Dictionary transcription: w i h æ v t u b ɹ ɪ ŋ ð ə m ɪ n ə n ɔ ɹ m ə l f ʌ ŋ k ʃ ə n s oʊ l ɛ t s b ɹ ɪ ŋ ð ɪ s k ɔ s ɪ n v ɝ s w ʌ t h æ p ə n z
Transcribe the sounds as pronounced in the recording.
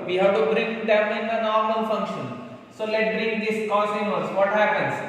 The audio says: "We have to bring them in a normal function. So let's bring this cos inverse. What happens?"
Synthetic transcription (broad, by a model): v i h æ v t u b ɹ ɪ ŋ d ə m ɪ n ə n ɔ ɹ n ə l f ʌ ŋ k ʃ ə n s oʊ l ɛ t b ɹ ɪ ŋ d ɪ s k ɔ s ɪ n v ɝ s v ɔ t h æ p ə n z